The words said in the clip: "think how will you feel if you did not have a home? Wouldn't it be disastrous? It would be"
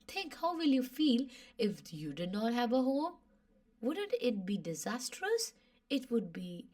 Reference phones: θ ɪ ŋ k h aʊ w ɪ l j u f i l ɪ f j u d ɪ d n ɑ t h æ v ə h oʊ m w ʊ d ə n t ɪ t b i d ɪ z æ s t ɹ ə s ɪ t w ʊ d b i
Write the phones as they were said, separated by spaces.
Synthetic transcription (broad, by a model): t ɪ ŋ k h aʊ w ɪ l j u f i l ɪ f j u d ɪ d n ɑ t h æ v ə h oʊ m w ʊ d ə n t ɪ t b i d ɪ z æ s t ɹ ə s ɪ t w ʊ d b i